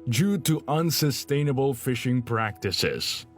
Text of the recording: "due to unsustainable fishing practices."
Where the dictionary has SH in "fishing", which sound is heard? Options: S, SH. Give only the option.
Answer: SH